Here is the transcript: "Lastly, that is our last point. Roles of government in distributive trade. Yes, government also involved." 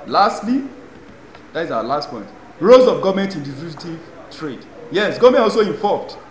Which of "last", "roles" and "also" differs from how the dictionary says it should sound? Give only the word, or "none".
roles